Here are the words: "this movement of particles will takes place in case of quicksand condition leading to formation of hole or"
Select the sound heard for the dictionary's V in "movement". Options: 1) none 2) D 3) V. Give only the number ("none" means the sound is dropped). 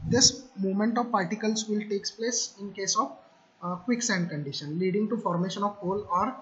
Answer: 1